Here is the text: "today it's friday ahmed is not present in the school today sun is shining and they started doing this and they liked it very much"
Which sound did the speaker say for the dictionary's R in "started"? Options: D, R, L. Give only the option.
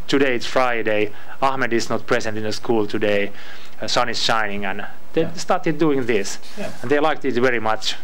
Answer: R